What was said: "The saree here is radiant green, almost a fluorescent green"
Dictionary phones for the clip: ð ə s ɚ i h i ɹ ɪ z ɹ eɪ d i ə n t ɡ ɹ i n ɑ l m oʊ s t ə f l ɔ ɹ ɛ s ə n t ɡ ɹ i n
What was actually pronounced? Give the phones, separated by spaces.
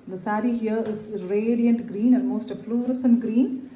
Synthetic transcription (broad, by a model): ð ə s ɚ i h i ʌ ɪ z ɹ eɪ d i ə n t ɡ ɹ i n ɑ n m oʊ s t ə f l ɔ ɹ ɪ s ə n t ɡ ɹ i n